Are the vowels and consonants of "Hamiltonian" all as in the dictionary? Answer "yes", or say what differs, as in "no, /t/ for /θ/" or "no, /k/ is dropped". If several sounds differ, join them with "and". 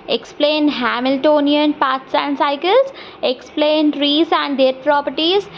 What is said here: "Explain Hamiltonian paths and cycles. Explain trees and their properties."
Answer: yes